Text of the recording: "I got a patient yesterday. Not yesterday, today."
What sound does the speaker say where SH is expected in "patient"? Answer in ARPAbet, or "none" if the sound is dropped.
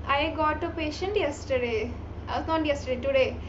SH